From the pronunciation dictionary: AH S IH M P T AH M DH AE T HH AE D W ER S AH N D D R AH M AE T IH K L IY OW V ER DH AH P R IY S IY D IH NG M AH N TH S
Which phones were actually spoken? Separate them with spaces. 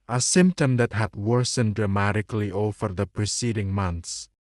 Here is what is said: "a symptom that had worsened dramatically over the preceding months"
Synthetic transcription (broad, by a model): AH S IH M P T AH M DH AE T HH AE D W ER S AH N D D R AH M AE T IH K L IY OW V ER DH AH P R IY S IY D IH NG M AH N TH S